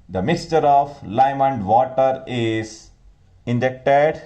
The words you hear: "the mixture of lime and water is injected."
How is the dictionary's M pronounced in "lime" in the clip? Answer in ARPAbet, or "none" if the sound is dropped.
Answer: M